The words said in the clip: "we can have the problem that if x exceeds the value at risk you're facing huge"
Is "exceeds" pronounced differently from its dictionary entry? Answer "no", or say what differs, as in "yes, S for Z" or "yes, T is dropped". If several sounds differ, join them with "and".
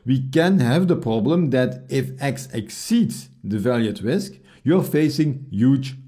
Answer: no